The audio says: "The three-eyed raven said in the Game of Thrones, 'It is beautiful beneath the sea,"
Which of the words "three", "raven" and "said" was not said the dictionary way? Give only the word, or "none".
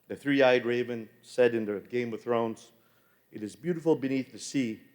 none